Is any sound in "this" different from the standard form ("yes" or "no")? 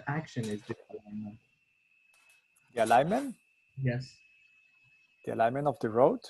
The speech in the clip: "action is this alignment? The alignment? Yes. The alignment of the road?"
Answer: yes